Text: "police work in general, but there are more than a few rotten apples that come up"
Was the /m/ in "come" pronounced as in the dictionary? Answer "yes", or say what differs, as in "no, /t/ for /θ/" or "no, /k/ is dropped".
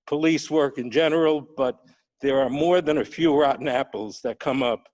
yes